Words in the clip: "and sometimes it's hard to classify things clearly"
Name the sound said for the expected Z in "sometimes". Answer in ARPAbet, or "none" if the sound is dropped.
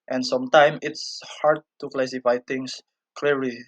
none